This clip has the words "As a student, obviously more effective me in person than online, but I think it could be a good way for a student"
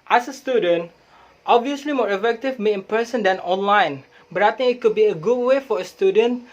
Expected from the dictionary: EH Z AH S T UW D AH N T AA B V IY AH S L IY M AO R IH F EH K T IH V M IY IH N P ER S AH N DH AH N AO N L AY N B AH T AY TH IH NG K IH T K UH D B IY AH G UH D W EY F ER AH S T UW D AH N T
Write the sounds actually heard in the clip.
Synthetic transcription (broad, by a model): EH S AH S T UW D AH N T AA B V IY AH S L IY M AO R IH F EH K T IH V M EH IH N P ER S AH N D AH N AO N L AY N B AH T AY T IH NG IH T K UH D B IY AH G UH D W EY F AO AH S T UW D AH N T